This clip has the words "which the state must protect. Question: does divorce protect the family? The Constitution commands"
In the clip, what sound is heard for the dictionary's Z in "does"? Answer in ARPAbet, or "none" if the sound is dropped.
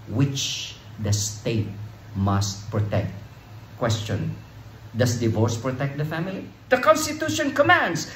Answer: S